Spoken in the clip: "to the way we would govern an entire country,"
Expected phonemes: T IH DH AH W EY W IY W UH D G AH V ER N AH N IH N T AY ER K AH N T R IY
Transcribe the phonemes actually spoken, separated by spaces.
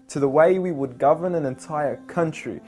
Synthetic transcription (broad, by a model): T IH DH AH W EY W IY W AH D G AH V ER N AH N IH N T AY ER K AH N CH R IY